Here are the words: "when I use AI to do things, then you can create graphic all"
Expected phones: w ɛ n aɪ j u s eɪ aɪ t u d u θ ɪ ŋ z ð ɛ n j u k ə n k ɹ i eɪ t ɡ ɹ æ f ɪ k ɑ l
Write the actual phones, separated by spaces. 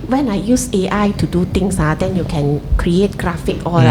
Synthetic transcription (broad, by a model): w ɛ n aɪ j u s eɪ aɪ t u d u t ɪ ŋ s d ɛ n j u k ə n k ɹ i eɪ t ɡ ɹ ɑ f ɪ k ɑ